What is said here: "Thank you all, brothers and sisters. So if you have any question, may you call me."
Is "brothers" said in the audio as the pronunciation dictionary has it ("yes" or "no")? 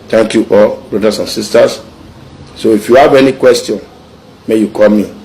no